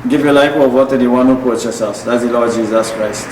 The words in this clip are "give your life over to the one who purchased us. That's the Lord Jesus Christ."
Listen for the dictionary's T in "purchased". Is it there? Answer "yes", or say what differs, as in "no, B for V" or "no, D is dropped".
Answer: no, T is dropped